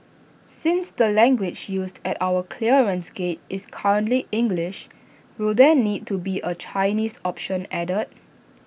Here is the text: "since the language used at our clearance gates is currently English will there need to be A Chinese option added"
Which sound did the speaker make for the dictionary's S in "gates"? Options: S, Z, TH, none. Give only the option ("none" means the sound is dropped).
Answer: none